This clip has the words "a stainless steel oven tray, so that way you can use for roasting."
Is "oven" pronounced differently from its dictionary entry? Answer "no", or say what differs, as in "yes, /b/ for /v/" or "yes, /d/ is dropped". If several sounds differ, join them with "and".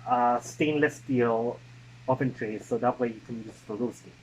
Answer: yes, /p/ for /v/